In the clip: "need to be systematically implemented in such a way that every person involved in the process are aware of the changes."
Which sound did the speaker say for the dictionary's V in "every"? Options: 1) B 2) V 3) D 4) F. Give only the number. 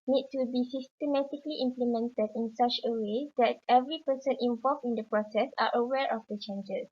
2